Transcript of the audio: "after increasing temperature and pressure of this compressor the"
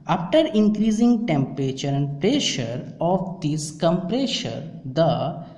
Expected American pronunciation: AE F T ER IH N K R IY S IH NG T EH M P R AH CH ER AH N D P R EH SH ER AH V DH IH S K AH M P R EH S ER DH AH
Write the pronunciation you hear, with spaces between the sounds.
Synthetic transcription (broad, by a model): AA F T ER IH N K R IY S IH NG T EH M P R AH CH ER AH N D P R EH SH ER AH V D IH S K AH M P R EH SH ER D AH